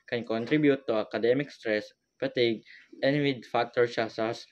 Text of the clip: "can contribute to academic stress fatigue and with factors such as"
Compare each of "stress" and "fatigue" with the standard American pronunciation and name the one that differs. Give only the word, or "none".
fatigue